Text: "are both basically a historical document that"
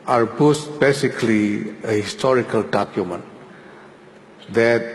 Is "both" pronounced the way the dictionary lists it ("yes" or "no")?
no